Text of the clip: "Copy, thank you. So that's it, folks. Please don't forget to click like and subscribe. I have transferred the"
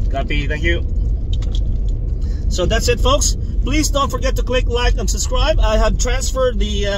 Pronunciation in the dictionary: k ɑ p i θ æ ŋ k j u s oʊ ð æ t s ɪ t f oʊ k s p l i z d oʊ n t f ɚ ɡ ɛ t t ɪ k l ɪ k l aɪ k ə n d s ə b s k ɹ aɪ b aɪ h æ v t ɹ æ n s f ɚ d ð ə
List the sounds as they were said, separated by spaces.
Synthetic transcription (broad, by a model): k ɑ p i θ æ ŋ k j u s oʊ ð æ t s ɪ t f oʊ k s p l i z d oʊ n t f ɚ ɡ ɛ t t ɪ k l ɪ k l aɪ k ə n s ə b s k ɹ aɪ b aɪ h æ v t ɹ æ n s f ɚ d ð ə